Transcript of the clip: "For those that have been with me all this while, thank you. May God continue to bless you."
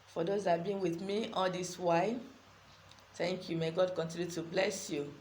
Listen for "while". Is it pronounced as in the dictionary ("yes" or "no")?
no